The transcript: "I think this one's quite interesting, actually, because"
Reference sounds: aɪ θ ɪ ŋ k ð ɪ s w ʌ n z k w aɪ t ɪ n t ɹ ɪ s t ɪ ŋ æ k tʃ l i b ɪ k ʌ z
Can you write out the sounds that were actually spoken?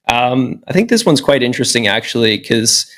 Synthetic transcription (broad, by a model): aɪ θ ɪ ŋ k ð ɪ s w ʌ n z k w aɪ t ɪ n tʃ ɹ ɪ s t ɪ ŋ æ k tʃ i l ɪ k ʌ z